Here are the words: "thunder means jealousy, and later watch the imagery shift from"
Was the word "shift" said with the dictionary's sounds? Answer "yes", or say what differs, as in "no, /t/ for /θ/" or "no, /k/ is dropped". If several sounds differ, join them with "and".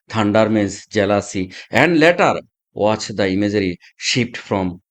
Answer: no, /p/ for /f/